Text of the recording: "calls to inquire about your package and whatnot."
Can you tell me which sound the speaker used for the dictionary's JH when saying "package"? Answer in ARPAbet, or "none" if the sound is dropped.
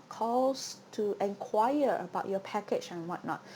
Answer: CH